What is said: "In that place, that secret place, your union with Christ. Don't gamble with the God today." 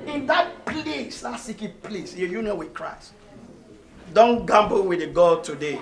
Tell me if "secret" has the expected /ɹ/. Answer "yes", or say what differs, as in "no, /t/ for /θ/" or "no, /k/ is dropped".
no, /ɹ/ is dropped